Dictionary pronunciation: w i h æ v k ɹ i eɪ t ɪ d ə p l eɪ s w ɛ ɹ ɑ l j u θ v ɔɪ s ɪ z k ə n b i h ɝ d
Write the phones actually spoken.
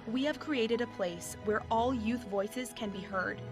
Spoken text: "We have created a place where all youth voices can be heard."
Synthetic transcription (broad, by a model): w i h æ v k ɹ i eɪ t ɪ d ə p l eɪ s w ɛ ɹ ɑ l j u θ v ɔɪ s ɪ z k ə n b i h ɝ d